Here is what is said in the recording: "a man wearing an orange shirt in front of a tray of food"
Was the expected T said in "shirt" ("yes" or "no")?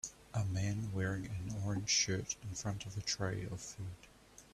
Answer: yes